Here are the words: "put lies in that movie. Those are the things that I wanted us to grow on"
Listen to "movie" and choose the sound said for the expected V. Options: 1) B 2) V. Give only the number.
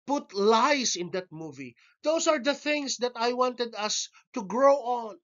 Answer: 2